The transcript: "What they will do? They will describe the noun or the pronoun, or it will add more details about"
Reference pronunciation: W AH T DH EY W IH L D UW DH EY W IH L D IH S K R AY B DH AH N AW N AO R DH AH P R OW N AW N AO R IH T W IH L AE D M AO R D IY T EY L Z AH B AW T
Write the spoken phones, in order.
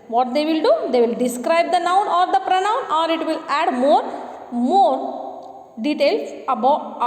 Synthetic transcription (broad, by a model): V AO T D EY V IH L D UW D EY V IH L D IH S K R AY B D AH N AW N AO R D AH P R OW N AW N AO R IH T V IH L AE D M AO R D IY T EY L S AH B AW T